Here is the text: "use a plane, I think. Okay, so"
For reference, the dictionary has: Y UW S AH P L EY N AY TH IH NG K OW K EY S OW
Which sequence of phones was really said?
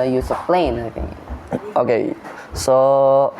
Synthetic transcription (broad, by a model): Y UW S AH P L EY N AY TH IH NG OW K EY S OW